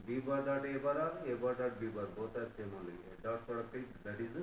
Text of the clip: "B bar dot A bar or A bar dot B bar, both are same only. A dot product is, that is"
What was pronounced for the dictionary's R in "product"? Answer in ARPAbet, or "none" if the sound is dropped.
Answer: none